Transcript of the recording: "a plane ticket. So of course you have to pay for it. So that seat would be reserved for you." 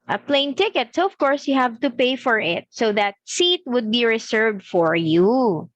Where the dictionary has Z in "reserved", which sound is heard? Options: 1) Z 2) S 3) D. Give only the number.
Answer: 2